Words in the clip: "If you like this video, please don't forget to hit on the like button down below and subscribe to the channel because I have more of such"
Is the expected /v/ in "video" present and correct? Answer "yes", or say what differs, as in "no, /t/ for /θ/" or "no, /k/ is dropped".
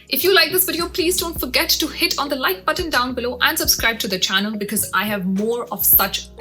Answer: no, /b/ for /v/